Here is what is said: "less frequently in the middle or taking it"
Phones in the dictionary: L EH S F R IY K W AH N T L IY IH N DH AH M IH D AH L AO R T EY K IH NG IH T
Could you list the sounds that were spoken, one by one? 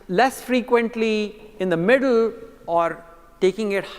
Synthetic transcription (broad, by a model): L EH S F R IY K W AH N T L IY IH N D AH M IH D AH L AO R T EY K IH NG IH T